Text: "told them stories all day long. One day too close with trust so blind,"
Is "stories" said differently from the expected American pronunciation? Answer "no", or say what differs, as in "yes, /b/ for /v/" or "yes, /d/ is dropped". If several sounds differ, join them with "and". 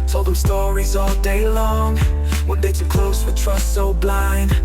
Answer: no